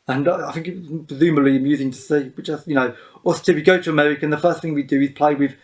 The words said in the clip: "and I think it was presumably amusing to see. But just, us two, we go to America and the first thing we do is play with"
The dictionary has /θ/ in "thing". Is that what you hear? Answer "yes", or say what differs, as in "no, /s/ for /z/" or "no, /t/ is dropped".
yes